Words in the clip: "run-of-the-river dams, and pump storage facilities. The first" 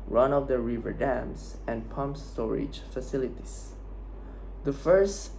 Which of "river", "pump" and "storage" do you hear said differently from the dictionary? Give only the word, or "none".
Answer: none